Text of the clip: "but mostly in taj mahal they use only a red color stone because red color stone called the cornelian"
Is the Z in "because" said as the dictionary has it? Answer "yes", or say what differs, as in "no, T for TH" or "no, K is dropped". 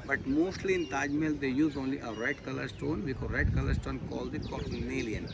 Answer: no, Z is dropped